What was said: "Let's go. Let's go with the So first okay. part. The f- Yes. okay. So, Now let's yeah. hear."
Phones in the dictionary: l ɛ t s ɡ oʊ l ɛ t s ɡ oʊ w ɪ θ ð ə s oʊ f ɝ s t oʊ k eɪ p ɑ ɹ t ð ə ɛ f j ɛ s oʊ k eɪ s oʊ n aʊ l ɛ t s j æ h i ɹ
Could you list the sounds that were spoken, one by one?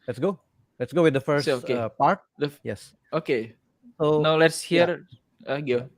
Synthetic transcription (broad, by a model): l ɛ t s ɡ oʊ l ɛ t s ɡ oʊ w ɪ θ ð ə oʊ f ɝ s oʊ k eɪ p ɑ ɹ t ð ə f j ɛ s oʊ k eɪ s oʊ n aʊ l ɛ t s h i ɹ